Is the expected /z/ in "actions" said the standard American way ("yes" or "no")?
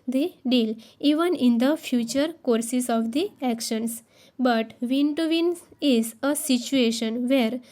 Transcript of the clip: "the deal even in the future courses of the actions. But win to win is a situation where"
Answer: no